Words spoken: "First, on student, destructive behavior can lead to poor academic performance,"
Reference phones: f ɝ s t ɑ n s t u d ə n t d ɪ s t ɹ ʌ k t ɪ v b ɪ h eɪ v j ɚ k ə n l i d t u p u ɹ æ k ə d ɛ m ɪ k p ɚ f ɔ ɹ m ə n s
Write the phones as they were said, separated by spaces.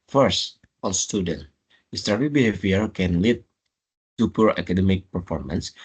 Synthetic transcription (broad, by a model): f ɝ s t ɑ l s t u d ə n t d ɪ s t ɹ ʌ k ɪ b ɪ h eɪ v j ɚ k ə n l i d t u p u ɹ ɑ k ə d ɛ m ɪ k p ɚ f ɔ ɹ m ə n s